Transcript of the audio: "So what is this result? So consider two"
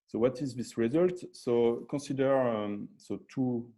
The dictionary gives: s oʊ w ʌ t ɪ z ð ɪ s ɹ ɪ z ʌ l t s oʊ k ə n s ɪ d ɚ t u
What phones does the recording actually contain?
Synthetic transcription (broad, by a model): s oʊ w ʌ t ɪ z ð ɪ s ɹ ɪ z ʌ l t s oʊ k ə s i d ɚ t u